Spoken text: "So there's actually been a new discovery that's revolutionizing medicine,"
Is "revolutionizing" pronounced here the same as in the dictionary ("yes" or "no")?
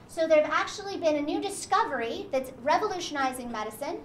yes